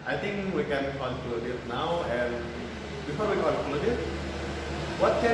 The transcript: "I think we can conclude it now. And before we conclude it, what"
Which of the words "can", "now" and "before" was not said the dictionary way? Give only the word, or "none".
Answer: none